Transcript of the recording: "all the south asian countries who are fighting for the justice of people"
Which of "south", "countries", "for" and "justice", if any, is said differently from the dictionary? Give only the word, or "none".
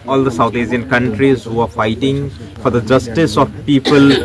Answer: south